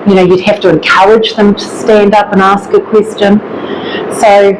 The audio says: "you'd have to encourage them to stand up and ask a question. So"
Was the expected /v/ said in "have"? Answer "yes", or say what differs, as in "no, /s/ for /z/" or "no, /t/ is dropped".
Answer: no, /f/ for /v/